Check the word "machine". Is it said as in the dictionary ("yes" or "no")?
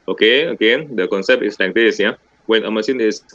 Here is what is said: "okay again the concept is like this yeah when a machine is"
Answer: no